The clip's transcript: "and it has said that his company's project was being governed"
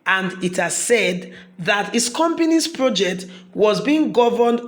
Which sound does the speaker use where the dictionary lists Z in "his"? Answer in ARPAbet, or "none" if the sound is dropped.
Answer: S